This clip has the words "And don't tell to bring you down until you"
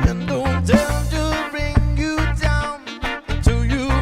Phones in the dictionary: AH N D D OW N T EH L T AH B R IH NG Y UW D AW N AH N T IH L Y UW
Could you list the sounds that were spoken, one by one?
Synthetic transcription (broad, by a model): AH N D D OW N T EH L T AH B R IH NG Y UW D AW AH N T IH Y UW